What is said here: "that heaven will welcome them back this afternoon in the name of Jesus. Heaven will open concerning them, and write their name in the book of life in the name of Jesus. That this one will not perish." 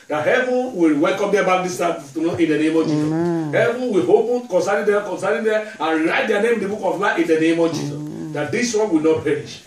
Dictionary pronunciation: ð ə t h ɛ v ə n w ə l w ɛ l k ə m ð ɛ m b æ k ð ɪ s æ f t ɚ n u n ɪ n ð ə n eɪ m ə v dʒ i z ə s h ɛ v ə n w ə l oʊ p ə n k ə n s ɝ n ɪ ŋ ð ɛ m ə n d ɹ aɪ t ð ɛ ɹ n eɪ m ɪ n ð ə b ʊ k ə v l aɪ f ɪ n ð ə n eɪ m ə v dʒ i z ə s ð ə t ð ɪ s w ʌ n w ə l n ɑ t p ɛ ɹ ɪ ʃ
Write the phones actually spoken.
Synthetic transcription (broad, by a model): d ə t h ɛ v ə n w ə l w ɛ l k ə m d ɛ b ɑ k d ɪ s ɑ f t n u ɪ n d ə n eɪ m ə v dʒ i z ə s h ɛ v ə n w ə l oʊ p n k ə n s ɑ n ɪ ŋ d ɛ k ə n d ɹ aɪ t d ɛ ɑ n eɪ m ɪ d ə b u k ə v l aɪ ɪ n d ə n eɪ m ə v dʒ i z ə s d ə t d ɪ s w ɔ n w ə l n ɑ t p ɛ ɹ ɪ ʃ